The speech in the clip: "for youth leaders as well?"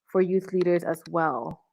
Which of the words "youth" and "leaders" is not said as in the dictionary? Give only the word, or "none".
none